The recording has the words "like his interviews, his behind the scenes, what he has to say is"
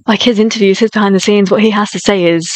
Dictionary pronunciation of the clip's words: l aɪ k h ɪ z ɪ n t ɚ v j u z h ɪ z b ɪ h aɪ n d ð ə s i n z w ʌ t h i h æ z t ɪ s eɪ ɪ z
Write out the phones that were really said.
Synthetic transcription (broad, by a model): l aɪ k h ɪ z ɪ n t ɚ v j u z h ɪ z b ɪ h aɪ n ð ə s i n z w ʌ t h i h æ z t ɪ s eɪ ɪ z